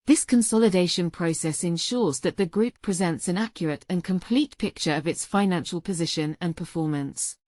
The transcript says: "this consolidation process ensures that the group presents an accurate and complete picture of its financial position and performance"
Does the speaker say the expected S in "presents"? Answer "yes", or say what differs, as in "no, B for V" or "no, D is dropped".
yes